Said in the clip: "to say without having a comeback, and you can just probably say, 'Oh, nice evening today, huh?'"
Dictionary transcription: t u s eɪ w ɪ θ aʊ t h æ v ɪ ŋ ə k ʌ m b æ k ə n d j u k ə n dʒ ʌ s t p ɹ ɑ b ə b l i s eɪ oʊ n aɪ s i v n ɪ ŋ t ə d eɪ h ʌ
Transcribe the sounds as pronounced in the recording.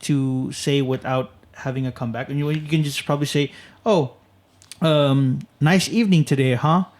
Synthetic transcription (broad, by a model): t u s eɪ w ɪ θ aʊ t h æ v ɪ ŋ ə k ʌ m b æ k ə n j j u k ə n dʒ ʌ s p ɹ ɑ b ə b l i s eɪ oʊ n aɪ s i v n ɪ ŋ t ə d eɪ h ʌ